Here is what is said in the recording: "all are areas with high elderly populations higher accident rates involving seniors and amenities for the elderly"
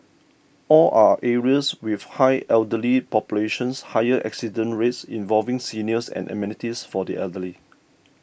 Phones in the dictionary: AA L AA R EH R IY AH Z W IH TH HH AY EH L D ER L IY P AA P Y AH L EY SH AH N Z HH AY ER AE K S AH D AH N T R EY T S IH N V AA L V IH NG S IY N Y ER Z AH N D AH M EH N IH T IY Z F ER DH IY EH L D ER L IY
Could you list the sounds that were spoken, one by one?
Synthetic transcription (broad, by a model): AA L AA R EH R IY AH S W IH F HH AY EH L D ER L IY P AA P Y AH L EY SH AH N S HH AY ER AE K S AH D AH N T R EY T S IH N V AA L V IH NG S IY N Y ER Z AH N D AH M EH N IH T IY S F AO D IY EH L D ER L IY